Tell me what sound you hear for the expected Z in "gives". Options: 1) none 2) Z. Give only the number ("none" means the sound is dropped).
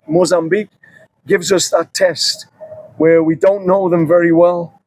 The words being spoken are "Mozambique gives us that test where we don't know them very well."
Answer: 2